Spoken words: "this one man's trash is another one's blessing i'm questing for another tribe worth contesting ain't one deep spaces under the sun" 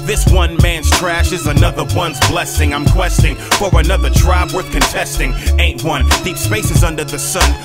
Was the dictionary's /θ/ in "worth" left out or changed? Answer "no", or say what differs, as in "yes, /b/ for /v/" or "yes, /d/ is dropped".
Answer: no